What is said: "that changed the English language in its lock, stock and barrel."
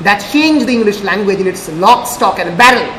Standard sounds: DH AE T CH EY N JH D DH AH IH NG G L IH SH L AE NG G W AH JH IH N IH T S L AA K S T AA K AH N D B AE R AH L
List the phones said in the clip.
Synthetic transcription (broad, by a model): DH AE T CH EY N JH D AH IH NG G L IH SH L AE NG G W AH JH IH N IH T S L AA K S T AA K AH N D B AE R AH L